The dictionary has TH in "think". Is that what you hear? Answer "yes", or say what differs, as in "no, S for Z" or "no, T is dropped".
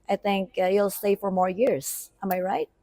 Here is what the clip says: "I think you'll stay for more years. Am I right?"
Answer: yes